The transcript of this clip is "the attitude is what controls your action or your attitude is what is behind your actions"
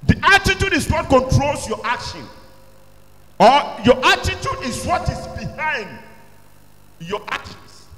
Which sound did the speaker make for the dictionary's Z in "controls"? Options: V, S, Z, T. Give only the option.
S